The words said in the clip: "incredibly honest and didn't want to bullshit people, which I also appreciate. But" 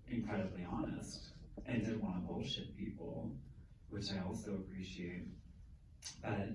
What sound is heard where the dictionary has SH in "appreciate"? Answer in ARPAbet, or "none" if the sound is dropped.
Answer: SH